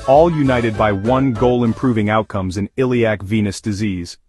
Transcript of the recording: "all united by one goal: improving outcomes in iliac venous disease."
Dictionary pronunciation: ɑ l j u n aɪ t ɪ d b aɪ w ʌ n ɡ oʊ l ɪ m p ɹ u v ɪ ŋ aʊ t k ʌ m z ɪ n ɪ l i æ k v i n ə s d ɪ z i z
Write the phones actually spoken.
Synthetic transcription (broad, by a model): ɑ l j u n aɪ t ɪ d b aɪ w ʌ n ɡ oʊ l ɪ m p ɹ u v ɪ ŋ aʊ t k ʌ m z ɪ n ɪ l i æ k v i n ə s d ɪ z i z